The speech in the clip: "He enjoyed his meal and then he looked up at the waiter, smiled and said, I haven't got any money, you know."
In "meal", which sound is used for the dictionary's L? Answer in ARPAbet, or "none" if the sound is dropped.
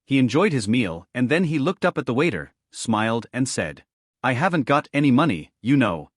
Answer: L